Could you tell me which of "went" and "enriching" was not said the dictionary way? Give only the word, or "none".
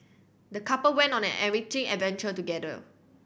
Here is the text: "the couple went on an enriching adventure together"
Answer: enriching